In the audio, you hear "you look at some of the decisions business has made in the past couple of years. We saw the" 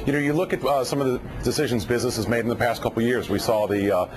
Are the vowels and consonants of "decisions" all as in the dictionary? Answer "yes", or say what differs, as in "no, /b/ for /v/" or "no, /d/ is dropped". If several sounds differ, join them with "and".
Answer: yes